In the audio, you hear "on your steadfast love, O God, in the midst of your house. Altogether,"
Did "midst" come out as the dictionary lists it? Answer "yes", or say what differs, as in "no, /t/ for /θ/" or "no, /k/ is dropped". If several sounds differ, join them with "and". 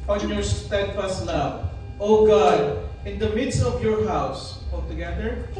yes